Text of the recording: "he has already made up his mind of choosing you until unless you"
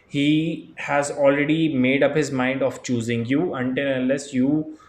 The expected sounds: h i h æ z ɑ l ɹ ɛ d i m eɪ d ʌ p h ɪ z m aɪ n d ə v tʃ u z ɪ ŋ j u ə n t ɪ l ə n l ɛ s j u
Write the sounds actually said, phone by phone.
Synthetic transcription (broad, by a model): h i h æ z ɑ l ɹ ɛ d i m eɪ d ʌ p h ɪ z m aɪ n d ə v tʃ u z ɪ ŋ j u ə n t ɪ l ə n l ɛ s j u